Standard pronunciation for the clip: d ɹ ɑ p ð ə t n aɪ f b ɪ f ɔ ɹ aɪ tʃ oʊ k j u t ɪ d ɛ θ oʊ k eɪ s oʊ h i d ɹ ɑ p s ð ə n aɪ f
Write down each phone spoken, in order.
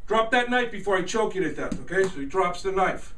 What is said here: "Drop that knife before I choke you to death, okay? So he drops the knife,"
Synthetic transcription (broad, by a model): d ɹ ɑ p ð ə t n aɪ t b ɪ f ɔ ɹ aɪ tʃ oʊ k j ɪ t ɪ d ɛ t oʊ k eɪ s oʊ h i d ɹ ɑ p s ð ə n aɪ f